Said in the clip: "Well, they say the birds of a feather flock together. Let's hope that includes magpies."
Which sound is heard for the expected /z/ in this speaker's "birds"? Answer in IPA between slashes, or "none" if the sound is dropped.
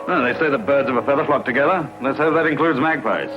/z/